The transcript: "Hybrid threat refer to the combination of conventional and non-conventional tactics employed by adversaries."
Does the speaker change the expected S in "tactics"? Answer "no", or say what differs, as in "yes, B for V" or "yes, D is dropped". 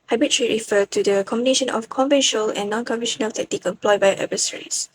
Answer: yes, S is dropped